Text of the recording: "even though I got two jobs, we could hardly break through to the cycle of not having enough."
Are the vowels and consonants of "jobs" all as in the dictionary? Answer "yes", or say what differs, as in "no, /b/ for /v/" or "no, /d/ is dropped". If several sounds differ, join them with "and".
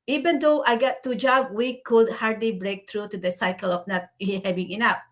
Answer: no, /z/ is dropped